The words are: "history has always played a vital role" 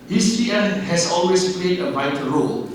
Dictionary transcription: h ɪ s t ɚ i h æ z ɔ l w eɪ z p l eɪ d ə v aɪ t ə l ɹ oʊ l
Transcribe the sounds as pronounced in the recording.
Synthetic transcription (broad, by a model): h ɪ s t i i h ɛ s ɔ l w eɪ s p l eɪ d ə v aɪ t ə ɹ oʊ l